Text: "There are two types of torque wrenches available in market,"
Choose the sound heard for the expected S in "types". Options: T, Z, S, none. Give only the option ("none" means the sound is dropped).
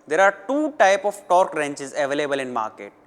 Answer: none